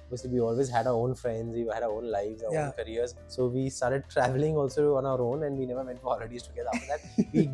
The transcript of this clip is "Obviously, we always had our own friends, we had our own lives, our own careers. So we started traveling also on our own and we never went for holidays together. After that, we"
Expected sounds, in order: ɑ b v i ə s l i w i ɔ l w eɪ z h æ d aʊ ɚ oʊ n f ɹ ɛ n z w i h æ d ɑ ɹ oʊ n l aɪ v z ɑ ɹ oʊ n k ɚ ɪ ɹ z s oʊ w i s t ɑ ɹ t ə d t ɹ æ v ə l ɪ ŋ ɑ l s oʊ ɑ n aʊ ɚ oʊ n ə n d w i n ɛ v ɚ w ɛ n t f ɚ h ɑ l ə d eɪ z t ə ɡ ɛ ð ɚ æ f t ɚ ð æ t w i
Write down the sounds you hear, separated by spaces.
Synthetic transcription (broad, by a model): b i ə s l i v i ɔ l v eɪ z h æ d aʊ ɚ oʊ n f ɹ ɛ n z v i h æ d ɑ ɹ oʊ n l aɪ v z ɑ oʊ n k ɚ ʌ ɹ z s oʊ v i s t ɑ ɹ t ə d t ɹ æ v ə l ɪ ŋ ɑ l s oʊ ɑ n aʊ ɚ oʊ n ə n d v i n ɛ v ɚ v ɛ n t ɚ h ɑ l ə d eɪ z t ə ɡ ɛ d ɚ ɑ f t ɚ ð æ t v i